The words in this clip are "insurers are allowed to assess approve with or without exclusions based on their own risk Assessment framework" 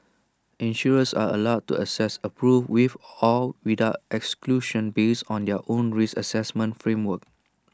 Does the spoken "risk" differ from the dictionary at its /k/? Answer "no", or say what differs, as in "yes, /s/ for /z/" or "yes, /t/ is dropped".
yes, /k/ is dropped